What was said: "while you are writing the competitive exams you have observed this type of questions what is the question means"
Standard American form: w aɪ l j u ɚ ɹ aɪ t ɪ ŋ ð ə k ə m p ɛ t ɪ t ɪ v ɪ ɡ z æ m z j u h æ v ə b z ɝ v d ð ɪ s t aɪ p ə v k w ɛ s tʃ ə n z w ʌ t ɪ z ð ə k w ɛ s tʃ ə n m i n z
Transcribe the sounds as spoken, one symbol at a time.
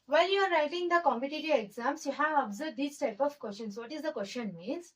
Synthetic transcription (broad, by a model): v aɪ l j u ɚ ɹ aɪ t ɪ ŋ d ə k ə m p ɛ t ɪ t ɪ ɪ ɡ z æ m s j u h æ v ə b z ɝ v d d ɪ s t aɪ p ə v k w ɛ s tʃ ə n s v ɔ t ɪ z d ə k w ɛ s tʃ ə n m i n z